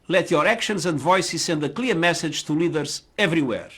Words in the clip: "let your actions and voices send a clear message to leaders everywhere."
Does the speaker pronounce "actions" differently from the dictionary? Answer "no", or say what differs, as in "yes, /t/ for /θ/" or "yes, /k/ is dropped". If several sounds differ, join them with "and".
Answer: no